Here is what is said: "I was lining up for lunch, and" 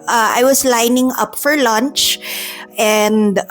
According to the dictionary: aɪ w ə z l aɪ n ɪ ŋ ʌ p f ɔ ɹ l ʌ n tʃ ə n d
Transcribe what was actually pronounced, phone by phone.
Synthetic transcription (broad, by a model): aɪ w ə s l aɪ n ɪ ŋ ʌ p f ɔ ɹ l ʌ n tʃ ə n d